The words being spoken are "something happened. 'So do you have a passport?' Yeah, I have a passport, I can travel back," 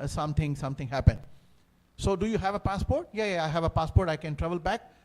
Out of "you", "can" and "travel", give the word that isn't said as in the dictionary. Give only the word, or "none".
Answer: none